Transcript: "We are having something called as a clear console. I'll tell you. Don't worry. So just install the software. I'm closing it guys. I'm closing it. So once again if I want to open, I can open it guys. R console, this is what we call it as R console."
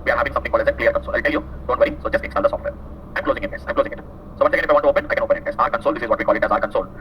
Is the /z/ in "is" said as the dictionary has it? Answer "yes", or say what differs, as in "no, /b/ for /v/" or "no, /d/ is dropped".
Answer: yes